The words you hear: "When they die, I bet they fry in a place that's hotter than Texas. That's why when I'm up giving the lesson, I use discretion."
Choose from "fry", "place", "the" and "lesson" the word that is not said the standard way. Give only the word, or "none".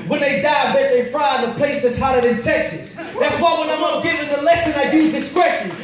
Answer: none